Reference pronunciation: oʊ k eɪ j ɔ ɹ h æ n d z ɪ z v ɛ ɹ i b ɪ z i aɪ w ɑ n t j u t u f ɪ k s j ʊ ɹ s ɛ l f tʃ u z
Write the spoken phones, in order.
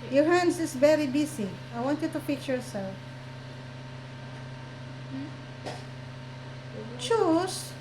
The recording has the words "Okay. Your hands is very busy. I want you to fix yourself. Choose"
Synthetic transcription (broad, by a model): j ɔ ɹ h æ n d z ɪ s v ɛ ɹ i b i s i aɪ w ɑ n t j u t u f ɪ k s j ʊ ɹ s ɛ l f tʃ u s